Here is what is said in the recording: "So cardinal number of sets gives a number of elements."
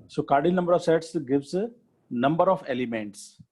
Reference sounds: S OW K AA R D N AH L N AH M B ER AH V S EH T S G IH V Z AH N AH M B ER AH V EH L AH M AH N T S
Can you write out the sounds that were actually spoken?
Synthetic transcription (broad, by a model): S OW K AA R D AH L N AH M B ER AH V S EH T S G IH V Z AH N AH M B ER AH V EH L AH M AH N T S